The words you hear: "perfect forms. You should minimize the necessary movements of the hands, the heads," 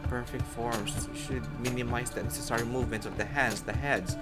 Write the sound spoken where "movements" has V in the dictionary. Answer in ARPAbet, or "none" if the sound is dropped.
V